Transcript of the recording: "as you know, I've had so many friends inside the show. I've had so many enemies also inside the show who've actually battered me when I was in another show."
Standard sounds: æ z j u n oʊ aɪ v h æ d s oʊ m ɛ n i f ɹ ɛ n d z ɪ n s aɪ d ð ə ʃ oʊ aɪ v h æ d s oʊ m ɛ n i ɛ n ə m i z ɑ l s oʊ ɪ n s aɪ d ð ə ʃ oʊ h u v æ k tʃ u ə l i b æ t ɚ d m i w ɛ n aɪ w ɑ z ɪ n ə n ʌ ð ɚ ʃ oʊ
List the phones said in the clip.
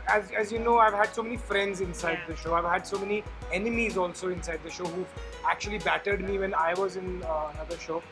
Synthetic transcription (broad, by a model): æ z j u n oʊ aɪ v h æ d s oʊ m ɛ n i f ɹ ɛ n d z ɪ n s aɪ d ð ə ʃ oʊ aɪ v h æ d s oʊ m ɛ n i ɛ n ə m i z ɑ l s oʊ ɪ n s aɪ d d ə ʃ oʊ h u æ k tʃ u ə l i b æ t ɚ d m i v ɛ n aɪ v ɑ z ɪ n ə n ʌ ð ɚ ʃ oʊ